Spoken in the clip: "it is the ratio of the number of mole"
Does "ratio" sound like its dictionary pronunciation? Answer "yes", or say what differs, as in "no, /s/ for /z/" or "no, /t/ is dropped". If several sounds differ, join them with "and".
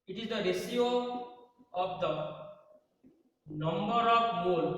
no, /s/ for /ʃ/